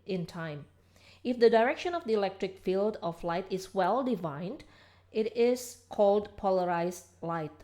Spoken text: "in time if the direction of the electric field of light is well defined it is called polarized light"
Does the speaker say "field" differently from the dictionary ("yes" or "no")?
no